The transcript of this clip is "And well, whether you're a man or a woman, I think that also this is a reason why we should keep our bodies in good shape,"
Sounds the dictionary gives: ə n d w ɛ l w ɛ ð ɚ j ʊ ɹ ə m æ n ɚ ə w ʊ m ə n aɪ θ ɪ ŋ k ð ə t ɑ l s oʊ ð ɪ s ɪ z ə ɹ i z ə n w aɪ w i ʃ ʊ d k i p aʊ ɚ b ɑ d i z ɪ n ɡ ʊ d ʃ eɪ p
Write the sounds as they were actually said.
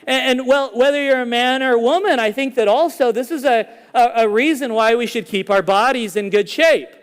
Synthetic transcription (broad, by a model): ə n w ɛ l w ɛ ð ɚ j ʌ ɹ ə m æ n ɚ w ʊ m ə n aɪ θ ɪ ŋ k ð ə t ɑ l s oʊ ð ɪ s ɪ z ə ɹ i z ə n w aɪ w i ʃ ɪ d k i p aʊ ɚ b ɑ d i z ɪ n ɡ ʊ d ʃ eɪ p